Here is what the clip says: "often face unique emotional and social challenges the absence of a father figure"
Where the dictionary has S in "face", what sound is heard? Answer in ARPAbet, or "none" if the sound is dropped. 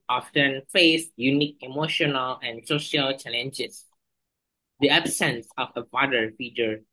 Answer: S